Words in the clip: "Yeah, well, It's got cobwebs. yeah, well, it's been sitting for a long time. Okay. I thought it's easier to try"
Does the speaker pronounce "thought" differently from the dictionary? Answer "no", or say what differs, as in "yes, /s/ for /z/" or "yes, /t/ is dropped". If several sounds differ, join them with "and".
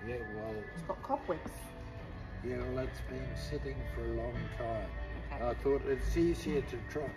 no